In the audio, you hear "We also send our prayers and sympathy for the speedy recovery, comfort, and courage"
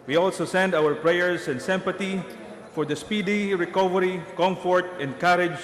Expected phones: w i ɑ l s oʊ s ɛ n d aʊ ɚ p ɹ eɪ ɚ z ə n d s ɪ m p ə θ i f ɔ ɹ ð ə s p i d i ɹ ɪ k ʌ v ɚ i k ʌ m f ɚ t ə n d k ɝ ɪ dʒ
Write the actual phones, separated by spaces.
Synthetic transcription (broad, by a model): w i ɑ l s oʊ s ɛ n d aʊ ɚ p ɹ eɪ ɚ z ə n d s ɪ m p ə t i f ɔ ɹ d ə s p i d i ɹ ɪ k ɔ v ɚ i k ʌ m f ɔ t ə n d k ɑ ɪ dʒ